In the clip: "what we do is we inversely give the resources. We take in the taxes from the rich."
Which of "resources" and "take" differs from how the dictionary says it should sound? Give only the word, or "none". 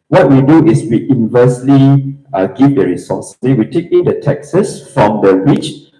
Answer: resources